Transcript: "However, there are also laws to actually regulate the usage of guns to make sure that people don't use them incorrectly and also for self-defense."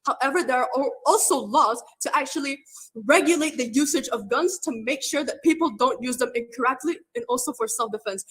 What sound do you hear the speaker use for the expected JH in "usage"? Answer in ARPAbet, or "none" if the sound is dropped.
JH